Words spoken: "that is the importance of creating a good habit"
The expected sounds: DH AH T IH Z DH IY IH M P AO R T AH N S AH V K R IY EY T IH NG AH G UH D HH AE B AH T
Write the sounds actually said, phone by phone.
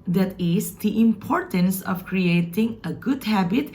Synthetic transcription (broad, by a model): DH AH T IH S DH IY IH M P AO R T AH N S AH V K R IY EY T IH NG AH G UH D HH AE B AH T